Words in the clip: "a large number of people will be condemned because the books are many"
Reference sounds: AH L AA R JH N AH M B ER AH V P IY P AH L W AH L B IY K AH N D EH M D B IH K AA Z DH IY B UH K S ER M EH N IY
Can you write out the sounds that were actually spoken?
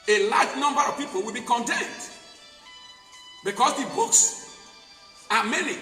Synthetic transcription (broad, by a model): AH L AA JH N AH M B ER AH V P IY P AH L W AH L B IY K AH N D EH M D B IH K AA S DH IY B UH K S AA M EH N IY